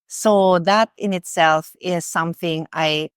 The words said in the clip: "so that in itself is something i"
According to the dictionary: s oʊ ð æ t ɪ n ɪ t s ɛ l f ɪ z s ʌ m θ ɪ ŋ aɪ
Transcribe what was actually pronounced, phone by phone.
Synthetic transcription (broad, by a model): s oʊ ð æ t ɪ n ɪ t s ɛ l f ɪ z s ʌ m θ ɪ ŋ aɪ